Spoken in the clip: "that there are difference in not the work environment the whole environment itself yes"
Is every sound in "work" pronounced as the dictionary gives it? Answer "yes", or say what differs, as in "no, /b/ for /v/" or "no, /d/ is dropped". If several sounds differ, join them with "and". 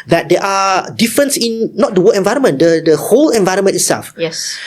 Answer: no, /k/ is dropped